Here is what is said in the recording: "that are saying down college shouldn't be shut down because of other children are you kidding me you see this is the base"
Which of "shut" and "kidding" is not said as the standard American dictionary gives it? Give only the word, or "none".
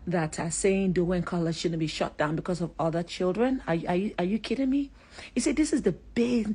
none